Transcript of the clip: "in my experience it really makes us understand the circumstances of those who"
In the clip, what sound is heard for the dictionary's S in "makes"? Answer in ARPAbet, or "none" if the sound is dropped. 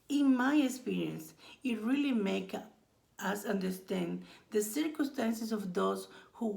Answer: none